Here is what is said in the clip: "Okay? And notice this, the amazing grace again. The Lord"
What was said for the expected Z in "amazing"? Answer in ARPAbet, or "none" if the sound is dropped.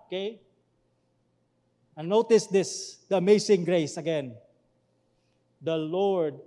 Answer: S